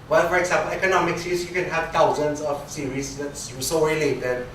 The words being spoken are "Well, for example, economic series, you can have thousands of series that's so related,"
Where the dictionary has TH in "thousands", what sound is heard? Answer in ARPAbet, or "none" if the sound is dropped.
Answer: T